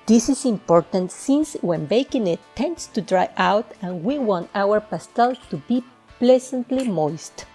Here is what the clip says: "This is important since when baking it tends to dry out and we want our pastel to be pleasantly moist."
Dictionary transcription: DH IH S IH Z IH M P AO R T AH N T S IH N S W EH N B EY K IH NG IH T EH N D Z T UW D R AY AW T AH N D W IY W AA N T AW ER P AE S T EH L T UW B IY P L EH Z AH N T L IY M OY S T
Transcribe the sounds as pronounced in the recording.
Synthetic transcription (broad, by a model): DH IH S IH S IH M P AO R T AH N T S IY N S W EH N B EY K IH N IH T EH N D S T UW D R AY AW T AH N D W IY W AA N T AW ER P AE S T EH L T UW B IY P L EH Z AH N T L IY M OY S T